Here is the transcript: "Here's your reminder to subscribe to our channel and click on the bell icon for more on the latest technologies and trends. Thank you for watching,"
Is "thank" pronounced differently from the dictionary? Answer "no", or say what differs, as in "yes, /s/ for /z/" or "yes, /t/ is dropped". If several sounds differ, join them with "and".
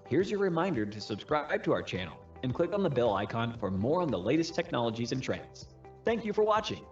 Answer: no